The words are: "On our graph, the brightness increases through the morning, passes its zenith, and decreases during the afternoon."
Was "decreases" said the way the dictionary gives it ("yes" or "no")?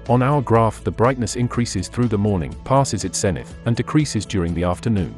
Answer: yes